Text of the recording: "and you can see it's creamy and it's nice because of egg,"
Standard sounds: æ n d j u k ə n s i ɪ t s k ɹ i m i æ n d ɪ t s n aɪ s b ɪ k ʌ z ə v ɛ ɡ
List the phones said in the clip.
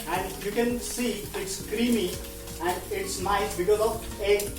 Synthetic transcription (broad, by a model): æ n d j u k ə n s i ɪ t s k ɹ i m i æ n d ɪ t s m aɪ b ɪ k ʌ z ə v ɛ